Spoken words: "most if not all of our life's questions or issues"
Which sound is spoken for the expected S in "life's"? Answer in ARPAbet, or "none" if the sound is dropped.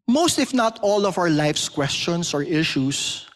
S